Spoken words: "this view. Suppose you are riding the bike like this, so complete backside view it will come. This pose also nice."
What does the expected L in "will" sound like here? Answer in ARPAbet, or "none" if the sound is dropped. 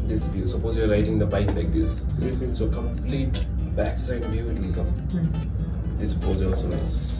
N